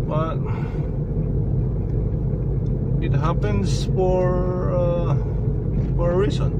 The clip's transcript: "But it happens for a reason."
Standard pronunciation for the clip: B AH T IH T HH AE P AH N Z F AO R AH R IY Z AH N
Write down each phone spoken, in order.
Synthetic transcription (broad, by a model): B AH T IH T HH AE P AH N S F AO R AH R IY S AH N